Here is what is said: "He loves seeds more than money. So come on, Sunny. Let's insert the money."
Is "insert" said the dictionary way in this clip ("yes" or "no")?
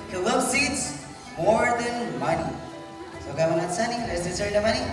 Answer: no